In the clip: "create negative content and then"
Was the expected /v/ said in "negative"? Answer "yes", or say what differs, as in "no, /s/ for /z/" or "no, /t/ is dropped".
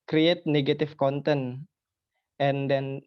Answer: no, /f/ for /v/